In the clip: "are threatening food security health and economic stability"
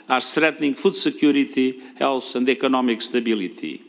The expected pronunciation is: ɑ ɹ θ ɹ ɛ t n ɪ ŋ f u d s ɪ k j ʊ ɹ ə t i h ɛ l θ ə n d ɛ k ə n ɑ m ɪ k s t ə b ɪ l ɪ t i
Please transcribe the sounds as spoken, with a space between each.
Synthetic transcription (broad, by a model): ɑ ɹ t ɹ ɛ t n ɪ ŋ f u d s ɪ k j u ɹ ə t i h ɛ l s ə n d ɛ k ə n ɑ m ɪ k s t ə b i l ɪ t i